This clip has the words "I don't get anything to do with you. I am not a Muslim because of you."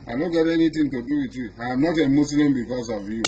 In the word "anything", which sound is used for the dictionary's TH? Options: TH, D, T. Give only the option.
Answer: T